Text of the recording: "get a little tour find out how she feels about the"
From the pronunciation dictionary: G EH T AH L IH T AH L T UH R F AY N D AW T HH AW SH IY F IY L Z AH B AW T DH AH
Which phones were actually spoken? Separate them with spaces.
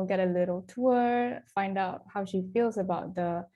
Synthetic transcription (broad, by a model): G EH T AH L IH T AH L T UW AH F AY N D AW T HH AW SH IY F IY L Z AH B AW T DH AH